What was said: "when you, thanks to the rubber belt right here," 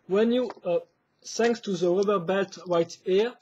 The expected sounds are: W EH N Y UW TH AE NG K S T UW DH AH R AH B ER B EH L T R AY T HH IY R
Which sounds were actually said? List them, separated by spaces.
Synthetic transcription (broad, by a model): W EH N Y UW S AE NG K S T UW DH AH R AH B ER B EH L T W AY T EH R